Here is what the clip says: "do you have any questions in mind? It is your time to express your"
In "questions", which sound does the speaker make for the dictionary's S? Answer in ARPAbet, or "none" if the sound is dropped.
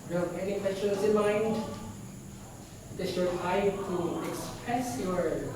none